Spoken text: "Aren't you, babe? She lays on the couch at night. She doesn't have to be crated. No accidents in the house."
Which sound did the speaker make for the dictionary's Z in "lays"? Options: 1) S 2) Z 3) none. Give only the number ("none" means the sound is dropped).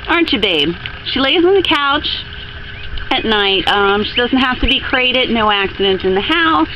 2